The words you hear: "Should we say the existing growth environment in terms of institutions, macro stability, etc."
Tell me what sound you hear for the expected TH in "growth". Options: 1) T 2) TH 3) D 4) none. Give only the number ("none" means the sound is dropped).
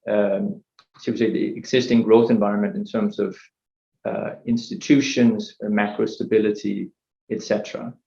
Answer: 2